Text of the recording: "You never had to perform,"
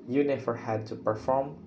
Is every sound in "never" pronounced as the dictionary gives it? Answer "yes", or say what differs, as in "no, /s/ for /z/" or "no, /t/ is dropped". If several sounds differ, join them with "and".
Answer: no, /f/ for /v/